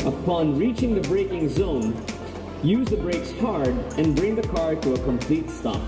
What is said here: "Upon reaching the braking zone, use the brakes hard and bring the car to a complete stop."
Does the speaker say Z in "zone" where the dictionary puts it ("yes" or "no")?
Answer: yes